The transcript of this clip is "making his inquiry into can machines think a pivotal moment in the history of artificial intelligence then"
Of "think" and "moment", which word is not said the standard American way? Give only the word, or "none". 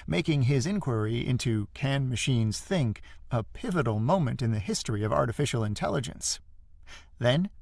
none